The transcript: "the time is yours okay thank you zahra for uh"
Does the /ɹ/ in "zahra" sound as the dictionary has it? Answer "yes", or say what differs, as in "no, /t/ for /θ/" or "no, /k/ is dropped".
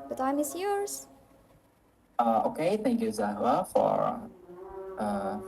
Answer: no, /ɹ/ is dropped